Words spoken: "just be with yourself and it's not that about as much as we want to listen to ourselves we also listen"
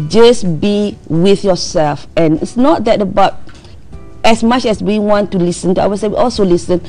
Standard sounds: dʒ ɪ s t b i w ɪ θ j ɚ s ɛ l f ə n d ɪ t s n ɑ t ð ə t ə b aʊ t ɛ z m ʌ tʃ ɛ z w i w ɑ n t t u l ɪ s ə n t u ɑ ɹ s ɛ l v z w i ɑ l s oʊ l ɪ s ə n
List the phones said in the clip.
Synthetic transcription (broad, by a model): dʒ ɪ s b i w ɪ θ j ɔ s ɛ l f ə n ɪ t s n ɑ t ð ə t ə b aʊ t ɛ s m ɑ tʃ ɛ s w i w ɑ n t t u l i s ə n t u ɑ w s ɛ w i ɑ l s oʊ l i s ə n